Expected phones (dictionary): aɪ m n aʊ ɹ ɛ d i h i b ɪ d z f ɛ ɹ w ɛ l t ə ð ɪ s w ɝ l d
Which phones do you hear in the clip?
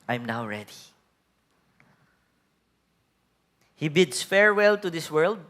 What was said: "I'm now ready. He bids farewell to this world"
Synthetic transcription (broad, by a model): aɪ m n aʊ ɹ ɛ d i h i b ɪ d s f ɛ ɹ w ɛ l t ə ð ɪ s w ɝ l d